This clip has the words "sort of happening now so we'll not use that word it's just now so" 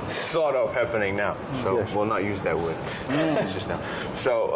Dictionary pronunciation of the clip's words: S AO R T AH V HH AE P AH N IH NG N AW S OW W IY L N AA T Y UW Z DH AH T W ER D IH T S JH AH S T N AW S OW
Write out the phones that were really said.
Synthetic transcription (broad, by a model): S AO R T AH P HH AE P AH N IH NG N AW S OW W IY L N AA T Y UW Z DH AH T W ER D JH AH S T N AW S OW